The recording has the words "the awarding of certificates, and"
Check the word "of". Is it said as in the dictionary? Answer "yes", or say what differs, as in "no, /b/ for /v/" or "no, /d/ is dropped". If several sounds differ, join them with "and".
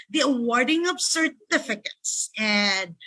no, /p/ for /v/